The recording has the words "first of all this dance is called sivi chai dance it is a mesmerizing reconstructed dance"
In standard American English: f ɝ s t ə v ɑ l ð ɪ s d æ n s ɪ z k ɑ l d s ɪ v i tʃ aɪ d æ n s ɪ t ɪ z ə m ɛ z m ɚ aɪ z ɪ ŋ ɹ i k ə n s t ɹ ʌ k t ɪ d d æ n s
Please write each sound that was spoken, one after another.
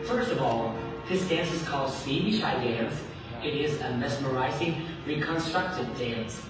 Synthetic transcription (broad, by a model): f ɝ s t ə v ɑ l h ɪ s d æ n s ɪ z k ɑ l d s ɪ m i ʃ aɪ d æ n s ɪ t ɪ z ə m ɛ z m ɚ aɪ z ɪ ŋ ɹ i k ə n s t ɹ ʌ k t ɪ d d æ n s